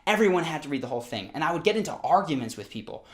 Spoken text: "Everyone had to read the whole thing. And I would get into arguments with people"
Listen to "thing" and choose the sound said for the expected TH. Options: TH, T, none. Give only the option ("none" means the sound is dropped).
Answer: TH